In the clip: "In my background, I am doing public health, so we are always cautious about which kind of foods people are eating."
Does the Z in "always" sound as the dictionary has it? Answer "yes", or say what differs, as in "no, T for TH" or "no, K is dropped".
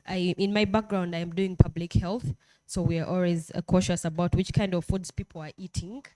yes